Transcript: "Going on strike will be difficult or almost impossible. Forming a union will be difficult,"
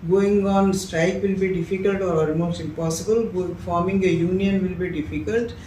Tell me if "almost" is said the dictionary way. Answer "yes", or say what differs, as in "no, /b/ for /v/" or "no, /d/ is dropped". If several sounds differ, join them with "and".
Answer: no, /l/ is dropped and /t/ is dropped